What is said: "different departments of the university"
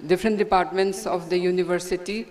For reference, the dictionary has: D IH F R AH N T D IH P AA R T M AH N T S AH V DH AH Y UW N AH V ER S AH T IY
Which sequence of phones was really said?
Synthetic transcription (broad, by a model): D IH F R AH N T D IH P AA R T M AH N T S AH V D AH Y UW N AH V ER S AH T IY